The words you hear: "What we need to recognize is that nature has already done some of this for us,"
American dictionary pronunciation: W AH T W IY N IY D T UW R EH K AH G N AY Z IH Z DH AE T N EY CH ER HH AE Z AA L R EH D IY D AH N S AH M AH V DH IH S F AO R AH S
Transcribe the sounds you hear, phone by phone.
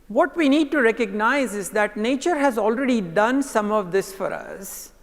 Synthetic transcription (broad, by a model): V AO T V IY N IY D T UW R EH K AH G N AY Z IH Z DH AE T N EY CH ER HH AE Z AA L R EH D IY D AH N S AH M AH V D IH S F AO R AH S